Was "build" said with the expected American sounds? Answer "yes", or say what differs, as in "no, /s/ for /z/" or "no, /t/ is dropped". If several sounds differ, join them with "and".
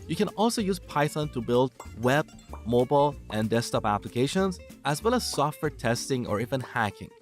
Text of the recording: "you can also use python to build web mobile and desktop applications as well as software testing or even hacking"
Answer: yes